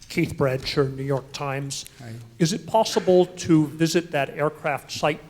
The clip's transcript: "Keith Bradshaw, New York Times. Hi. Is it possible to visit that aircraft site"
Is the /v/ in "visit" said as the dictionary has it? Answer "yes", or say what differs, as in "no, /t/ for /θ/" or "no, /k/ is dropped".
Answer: yes